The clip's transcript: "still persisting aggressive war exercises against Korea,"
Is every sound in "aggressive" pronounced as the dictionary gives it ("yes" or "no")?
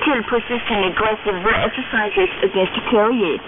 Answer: no